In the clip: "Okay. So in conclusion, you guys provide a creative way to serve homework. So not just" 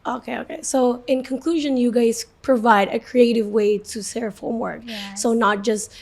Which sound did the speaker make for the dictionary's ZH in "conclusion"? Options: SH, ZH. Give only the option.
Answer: ZH